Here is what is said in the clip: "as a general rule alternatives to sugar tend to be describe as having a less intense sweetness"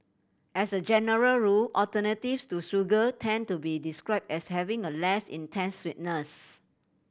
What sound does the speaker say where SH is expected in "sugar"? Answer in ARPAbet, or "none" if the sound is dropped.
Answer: S